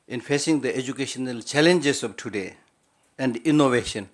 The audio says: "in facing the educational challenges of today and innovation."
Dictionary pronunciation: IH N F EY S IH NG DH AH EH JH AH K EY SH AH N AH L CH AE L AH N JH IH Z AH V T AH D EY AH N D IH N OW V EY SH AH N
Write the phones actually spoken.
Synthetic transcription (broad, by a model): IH N F EY S IH NG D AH EH JH AH K EY SH AH N AH L CH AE L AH N JH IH S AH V T AH D EY AH N D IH N OW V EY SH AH N